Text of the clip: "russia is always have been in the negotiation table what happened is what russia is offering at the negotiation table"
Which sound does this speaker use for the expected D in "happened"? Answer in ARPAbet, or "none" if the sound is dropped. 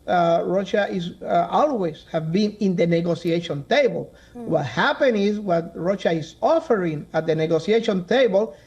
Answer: none